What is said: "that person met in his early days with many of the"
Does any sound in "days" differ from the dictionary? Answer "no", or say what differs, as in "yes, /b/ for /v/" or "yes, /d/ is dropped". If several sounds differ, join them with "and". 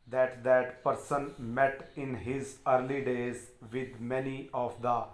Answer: no